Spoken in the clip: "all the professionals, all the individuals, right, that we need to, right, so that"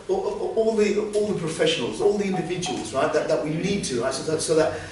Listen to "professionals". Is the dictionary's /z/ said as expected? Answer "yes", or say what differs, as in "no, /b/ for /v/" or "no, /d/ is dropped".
yes